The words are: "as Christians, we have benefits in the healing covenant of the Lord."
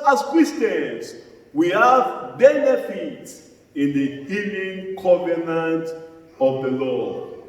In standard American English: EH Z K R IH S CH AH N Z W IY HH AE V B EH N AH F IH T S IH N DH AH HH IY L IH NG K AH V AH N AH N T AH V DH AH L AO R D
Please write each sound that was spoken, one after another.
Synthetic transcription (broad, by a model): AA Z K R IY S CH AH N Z W IY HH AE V B EH N AH F IH T S IH N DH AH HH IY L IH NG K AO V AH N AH N T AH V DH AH L AO